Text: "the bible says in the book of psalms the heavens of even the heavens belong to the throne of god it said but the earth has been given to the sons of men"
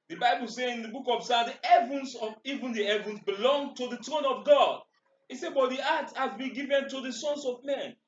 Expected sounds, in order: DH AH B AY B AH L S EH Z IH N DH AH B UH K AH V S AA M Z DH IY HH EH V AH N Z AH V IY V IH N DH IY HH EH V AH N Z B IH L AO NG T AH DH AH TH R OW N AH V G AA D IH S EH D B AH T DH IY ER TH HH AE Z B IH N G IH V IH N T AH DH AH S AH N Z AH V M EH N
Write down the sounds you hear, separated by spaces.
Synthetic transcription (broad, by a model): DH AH B AY B AH L S EH IH N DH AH B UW K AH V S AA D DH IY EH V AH N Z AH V IY V IH N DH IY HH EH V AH N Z B IH L AO NG T AH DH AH T R OW N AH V G AA D IH S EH B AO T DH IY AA T HH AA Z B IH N G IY V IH N T AH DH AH S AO N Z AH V M EH N